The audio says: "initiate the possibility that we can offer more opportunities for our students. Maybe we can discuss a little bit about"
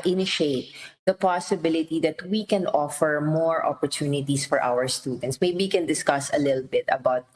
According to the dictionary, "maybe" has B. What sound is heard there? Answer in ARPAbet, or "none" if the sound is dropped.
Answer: none